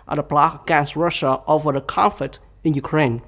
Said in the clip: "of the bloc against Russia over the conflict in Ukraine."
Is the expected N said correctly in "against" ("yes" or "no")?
no